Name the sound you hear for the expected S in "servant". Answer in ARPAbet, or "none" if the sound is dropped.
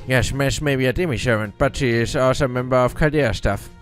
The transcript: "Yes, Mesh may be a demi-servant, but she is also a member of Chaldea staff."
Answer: SH